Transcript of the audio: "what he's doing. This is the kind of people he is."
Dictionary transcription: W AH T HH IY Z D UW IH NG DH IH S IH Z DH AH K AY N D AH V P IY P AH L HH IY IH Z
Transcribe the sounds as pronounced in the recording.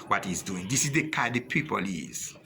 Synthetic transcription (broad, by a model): W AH T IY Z D UW IH NG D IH S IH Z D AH K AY D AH P IY P AH L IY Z